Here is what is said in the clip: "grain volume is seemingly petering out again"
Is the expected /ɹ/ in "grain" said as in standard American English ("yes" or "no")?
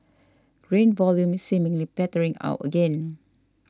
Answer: yes